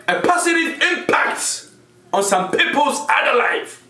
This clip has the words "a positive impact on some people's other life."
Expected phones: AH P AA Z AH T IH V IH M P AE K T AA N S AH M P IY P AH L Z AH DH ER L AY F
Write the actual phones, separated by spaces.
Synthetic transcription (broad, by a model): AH P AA S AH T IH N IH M P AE K T AA N S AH M P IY P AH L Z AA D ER L AY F